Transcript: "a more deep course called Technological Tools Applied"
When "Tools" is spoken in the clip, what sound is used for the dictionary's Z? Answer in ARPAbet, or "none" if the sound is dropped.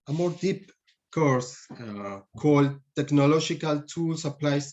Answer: S